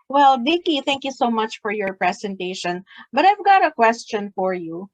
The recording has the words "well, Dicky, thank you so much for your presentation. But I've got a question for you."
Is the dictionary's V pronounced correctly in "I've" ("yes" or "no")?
yes